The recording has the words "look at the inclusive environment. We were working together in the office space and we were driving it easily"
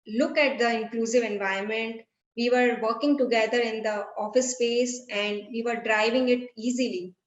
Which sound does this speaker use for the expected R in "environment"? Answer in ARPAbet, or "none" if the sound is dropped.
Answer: none